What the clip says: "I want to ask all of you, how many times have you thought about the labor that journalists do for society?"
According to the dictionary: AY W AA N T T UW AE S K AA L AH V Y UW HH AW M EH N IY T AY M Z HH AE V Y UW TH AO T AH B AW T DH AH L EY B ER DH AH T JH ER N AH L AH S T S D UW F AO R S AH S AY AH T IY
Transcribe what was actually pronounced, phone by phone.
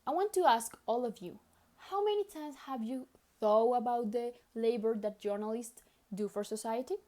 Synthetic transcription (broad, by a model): AY W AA N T T UW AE S K AA L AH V Y UW HH AW M EH N IY T AY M S HH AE V Y UW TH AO AH B AW T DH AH L EY B ER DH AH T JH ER N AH L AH S T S D UW F AO R S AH S AY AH T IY